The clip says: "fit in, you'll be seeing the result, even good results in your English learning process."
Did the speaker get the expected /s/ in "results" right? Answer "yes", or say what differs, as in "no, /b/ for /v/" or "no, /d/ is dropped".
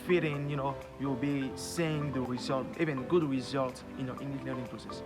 no, /s/ is dropped